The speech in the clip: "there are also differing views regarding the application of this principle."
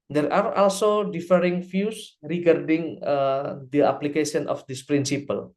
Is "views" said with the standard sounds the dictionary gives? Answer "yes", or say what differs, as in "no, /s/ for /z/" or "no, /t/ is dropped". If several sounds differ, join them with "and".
no, /f/ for /v/ and /s/ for /z/